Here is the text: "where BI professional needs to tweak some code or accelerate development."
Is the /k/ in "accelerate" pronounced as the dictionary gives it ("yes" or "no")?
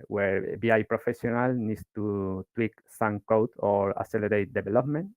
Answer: no